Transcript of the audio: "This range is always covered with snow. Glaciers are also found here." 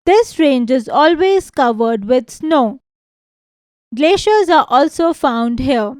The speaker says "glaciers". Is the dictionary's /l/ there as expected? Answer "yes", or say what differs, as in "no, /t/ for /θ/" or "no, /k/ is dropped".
yes